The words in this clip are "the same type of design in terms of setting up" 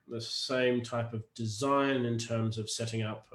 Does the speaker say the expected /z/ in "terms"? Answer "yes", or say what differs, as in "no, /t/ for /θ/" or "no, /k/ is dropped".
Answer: yes